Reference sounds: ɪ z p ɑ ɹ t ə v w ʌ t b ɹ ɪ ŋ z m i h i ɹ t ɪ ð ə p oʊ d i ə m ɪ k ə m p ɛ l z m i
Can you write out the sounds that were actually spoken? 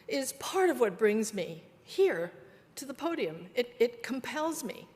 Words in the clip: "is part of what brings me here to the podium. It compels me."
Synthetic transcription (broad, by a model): ɪ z p ɑ ɹ t ə v w ʌ t b ɹ ɪ ŋ z m i h i ɹ t ɪ ð ə p oʊ d i ə m ɪ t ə m p ɛ l z m i